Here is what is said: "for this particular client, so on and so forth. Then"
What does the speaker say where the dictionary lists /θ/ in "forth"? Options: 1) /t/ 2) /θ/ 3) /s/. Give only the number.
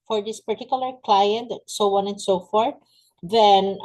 1